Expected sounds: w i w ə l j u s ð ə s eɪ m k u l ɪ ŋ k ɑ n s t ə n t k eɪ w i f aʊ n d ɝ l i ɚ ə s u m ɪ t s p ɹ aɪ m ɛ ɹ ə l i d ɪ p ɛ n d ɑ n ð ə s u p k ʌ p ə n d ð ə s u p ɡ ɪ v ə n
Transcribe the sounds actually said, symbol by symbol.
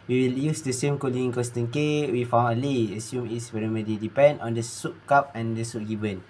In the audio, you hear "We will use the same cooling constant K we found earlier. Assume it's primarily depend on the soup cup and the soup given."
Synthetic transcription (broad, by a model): w i w ə l j u s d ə s eɪ m k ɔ l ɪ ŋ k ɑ s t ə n k eɪ w i f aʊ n ɝ l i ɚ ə s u m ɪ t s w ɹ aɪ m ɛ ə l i d ɪ p ɛ n d ɑ n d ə s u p k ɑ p ə n d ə s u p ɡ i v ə n